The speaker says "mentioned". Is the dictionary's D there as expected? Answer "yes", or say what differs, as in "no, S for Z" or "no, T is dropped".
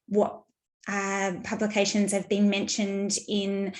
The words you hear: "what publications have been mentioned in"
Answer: yes